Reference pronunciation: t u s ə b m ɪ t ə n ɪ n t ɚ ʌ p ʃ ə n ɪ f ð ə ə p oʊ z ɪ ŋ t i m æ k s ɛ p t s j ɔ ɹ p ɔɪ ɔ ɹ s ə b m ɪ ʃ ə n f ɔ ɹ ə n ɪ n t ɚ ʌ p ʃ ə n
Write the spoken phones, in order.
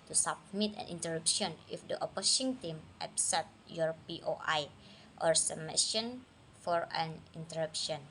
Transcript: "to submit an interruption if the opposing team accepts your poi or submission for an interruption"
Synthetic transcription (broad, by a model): t u s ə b m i t ə n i n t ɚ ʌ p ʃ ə n ɪ f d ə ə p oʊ s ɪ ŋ t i m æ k s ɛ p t j ɔ ɹ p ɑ ɔ ɹ s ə m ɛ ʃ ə n f ɔ ɹ ə n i n t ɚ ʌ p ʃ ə n